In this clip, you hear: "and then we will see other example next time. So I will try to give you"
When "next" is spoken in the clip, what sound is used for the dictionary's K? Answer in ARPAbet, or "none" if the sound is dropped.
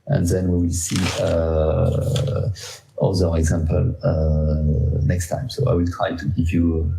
K